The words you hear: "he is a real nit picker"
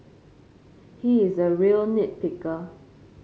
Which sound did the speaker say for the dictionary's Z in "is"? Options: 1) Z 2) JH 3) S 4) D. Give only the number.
1